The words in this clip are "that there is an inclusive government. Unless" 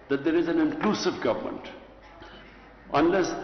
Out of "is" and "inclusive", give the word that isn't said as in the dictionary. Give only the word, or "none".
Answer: none